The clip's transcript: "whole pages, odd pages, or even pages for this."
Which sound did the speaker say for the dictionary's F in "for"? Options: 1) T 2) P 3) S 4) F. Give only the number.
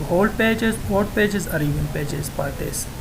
2